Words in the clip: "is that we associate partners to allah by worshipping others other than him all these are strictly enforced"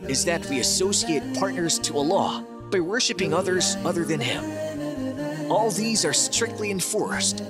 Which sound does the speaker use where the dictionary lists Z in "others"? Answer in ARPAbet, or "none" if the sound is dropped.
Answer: Z